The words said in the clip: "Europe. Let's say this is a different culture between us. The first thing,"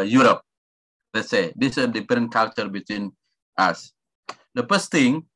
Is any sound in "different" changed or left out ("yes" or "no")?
yes